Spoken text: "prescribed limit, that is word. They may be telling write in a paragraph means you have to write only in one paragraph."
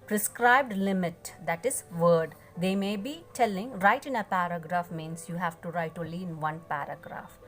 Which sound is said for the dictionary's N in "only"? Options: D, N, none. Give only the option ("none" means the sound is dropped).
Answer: none